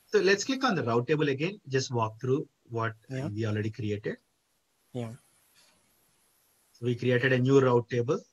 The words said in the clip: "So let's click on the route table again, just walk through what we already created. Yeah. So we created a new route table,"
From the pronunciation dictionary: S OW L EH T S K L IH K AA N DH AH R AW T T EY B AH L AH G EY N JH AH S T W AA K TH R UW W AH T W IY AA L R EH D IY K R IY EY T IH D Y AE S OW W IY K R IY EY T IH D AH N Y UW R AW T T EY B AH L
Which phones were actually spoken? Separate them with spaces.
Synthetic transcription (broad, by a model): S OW L EH T S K IH K AA N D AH R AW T T EY B AH L AH G EY N JH AH S T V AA K T R UW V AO T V IY AA L R EH D IY K R IY EY T IH D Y S OW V IY K R IY EY T IH D AH N Y UW R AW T T EY B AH L